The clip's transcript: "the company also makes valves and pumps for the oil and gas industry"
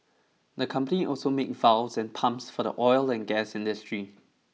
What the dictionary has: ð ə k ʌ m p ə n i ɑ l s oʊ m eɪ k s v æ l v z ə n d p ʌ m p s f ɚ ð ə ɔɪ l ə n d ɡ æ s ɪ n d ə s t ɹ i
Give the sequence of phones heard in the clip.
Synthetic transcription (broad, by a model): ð ə k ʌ m p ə n i ɑ l s oʊ m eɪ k v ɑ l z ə n p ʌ m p s f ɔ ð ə ɔɪ l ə n ɡ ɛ s ɪ n d ə s t ɹ i